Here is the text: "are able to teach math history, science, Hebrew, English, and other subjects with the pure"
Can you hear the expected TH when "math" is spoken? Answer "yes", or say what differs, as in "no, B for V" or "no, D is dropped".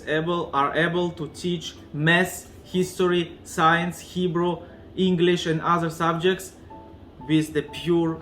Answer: no, S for TH